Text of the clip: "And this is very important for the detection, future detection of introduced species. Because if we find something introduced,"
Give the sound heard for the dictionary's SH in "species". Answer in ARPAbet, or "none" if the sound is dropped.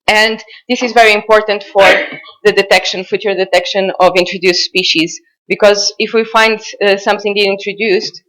SH